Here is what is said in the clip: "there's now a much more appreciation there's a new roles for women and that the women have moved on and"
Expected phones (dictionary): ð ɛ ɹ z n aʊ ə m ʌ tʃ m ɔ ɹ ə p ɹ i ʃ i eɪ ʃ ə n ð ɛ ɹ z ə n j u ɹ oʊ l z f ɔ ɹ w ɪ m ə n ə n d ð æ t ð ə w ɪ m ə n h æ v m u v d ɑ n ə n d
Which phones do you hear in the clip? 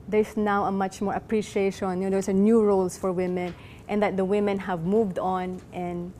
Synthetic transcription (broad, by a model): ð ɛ ɹ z n aʊ ə m ʌ tʃ m ɔ ɹ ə p ɹ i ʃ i eɪ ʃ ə n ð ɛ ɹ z ə n j u ɹ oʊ l s f ɔ ɹ w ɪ m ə n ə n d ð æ t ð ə w ɪ m ə n h æ v m u v d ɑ n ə n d